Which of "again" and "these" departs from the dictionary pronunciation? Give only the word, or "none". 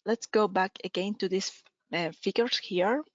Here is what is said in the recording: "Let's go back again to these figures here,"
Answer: these